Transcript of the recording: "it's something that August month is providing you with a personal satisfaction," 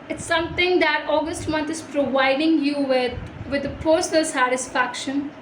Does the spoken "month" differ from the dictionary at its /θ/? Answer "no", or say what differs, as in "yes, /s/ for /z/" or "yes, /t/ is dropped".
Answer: yes, /t/ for /θ/